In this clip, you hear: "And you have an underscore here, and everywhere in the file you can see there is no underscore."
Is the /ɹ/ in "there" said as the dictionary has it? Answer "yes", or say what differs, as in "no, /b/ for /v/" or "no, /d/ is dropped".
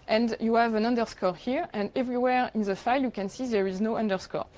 yes